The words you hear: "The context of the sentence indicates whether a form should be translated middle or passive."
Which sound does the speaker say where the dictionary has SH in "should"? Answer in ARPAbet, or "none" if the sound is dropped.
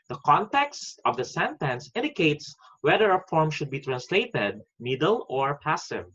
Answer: SH